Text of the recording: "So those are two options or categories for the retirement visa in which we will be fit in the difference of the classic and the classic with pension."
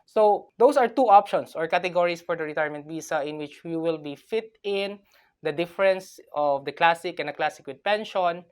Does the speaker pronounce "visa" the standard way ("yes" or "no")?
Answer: no